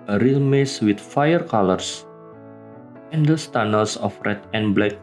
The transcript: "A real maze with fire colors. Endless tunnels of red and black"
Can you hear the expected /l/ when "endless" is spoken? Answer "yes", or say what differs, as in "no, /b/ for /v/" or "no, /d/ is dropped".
no, /l/ is dropped